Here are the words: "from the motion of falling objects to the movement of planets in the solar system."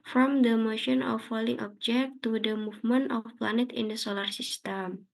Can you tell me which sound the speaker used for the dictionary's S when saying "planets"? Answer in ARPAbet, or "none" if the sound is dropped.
none